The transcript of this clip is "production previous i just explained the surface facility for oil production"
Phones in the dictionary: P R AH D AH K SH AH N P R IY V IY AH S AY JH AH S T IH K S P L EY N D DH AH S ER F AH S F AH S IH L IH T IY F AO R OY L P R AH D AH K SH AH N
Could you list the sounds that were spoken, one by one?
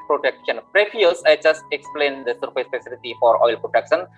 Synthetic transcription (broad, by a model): P R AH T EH K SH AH N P R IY F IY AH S AY JH AH S T IH K S P L EY N D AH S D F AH S P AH S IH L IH T IY F AO R OY L P R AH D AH K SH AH N